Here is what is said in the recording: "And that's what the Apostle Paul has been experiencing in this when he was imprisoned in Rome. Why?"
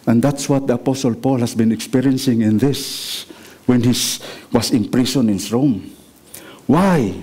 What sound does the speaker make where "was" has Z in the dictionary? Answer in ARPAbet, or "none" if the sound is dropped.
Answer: S